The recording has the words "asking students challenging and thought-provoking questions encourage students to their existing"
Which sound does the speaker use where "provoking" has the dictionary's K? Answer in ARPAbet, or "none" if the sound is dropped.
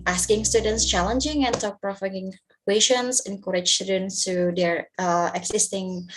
none